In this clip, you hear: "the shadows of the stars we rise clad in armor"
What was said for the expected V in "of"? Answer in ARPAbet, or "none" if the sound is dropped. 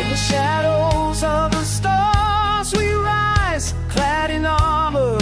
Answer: V